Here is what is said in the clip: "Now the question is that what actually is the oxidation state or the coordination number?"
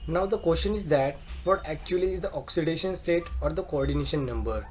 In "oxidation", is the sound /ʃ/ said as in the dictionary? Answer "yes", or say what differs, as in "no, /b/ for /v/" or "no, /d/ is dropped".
yes